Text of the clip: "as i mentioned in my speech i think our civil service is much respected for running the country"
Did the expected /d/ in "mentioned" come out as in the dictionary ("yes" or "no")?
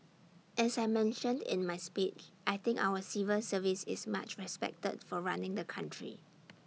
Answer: yes